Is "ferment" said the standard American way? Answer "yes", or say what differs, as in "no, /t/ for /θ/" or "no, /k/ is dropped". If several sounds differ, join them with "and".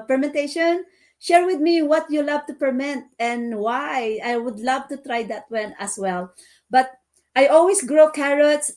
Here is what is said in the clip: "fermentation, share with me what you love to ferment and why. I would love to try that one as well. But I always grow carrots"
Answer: no, /p/ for /f/